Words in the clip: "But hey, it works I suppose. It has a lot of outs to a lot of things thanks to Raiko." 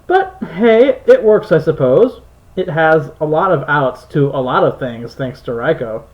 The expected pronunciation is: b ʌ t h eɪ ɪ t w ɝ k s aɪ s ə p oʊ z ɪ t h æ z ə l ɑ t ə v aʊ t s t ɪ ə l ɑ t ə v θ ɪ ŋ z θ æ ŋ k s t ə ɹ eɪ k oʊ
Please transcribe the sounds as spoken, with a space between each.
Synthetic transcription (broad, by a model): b ʌ t h eɪ ɪ t w ɝ k s aɪ s ə p oʊ z ɪ t h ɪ z ə l ɑ t ə v aʊ t s t ɪ ə l ɑ t ə v θ ɪ ŋ z θ æ ŋ k s t ə ɹ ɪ k oʊ